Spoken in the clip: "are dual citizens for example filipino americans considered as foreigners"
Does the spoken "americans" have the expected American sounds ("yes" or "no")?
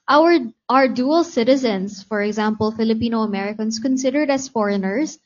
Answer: no